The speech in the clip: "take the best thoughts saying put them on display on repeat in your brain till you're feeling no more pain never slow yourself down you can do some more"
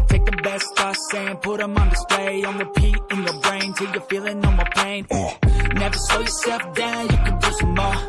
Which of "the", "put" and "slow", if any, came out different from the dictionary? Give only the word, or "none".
slow